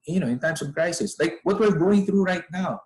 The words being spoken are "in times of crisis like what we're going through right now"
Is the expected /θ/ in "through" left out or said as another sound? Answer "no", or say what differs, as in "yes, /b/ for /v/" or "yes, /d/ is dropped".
no